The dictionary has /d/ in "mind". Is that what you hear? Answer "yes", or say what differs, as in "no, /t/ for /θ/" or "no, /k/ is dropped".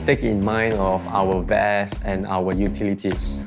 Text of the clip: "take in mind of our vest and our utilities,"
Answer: yes